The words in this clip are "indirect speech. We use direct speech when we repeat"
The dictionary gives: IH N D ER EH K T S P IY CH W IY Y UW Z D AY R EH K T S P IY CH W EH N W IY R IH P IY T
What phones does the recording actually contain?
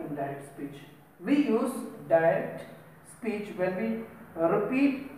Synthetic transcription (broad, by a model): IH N D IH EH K T S P IY CH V IY Y UW Z D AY EH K T S P IY CH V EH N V IY R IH P IY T